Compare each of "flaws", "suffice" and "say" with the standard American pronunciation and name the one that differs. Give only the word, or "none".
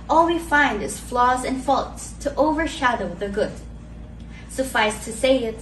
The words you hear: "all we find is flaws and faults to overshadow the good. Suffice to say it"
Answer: none